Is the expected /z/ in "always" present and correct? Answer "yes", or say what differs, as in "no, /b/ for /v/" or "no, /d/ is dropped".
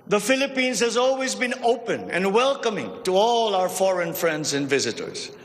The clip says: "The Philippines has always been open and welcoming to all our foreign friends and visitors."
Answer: yes